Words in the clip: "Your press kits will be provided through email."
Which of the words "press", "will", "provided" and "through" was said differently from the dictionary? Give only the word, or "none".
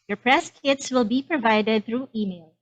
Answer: none